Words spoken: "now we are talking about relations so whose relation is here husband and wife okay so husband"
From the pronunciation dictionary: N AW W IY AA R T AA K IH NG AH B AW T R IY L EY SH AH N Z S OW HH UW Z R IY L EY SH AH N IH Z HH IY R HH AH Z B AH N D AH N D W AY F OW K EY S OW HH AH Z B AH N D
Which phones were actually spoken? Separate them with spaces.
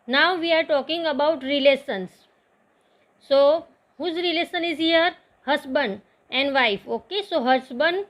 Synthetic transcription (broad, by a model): N AW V IY AA R T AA K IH NG AH B AW T R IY L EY S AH N S OW HH UW Z R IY L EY S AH N IH Z HH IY R HH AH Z B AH N D AH N D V AY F OW K EY S OW HH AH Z B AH N D